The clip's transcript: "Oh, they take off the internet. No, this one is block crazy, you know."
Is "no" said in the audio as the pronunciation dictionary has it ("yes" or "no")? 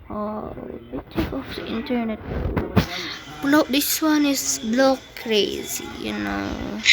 no